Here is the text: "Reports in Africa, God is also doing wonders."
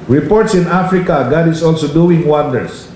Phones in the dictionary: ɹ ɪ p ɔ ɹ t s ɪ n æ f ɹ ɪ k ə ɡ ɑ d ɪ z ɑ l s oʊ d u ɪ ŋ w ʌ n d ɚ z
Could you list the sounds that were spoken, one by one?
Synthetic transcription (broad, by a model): ɹ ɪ p ɔ ɹ t s ɪ n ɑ f ɹ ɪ k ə ɡ ɑ d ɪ s ɑ l s oʊ d u ɪ ŋ w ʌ n d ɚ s